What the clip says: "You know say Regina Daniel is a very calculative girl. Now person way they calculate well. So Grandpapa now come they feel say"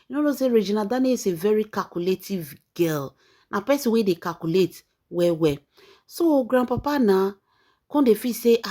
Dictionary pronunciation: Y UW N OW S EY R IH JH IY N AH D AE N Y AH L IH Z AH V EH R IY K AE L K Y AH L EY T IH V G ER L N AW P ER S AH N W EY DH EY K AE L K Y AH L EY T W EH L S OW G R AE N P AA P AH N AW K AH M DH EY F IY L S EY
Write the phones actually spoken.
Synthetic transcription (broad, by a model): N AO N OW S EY R IH JH IY N AH D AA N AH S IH V EH R IY K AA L K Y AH L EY T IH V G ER L N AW P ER S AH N W EY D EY K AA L K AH L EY T W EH W S OW G R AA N P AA P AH N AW K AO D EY F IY S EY